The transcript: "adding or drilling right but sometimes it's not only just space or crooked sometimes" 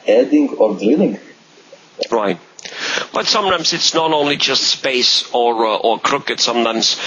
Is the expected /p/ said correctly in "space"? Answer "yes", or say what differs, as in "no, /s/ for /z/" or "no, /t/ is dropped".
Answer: yes